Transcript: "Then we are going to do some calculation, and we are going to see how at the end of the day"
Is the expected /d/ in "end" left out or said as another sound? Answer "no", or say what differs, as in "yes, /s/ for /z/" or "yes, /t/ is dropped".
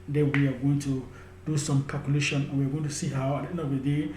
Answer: yes, /d/ is dropped